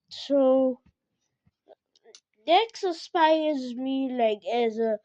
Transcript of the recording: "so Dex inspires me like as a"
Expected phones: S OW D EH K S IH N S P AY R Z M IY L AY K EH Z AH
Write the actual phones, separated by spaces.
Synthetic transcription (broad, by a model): S OW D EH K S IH S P AY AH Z M IY L AY K EH Z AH